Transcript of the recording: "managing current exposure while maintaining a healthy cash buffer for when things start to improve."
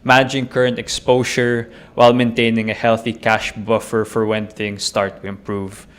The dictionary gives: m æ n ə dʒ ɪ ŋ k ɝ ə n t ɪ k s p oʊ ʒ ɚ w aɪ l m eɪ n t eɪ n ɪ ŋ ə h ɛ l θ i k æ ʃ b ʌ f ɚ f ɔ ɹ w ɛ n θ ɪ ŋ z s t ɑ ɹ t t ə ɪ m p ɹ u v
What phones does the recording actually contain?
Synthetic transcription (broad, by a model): m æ n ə dʒ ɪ ŋ k ɝ ə n t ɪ k s p oʊ ʃ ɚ w aɪ l m eɪ n t eɪ n ɪ ŋ ə h ɛ l θ i k æ ʃ b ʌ f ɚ f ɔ ɹ w ɛ n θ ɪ ŋ s t ɑ ɹ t t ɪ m p ɹ u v